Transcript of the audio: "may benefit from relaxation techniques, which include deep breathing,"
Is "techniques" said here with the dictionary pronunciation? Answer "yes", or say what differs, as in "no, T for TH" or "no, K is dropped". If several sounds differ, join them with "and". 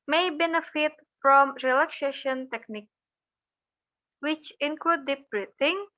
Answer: no, S is dropped